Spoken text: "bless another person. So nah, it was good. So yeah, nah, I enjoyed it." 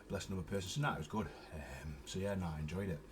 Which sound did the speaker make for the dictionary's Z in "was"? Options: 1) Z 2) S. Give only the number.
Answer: 1